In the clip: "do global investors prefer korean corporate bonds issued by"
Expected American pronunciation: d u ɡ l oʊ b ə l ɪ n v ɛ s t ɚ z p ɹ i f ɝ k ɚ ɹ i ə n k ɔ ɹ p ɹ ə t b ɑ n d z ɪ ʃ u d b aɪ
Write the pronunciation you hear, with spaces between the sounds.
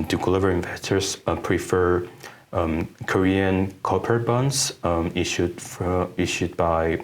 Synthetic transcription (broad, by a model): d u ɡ l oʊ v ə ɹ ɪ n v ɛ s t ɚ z p ɹ i f ɝ k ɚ ɹ i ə n k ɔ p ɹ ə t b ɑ n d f ɪ ʃ u d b aɪ